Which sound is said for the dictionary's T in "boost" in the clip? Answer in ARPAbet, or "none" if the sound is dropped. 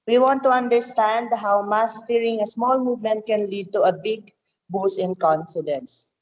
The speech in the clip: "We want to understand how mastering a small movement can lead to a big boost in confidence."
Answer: none